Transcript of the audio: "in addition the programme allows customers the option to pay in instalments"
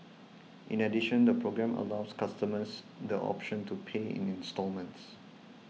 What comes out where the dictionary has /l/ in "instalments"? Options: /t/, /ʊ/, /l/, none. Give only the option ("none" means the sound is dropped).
/l/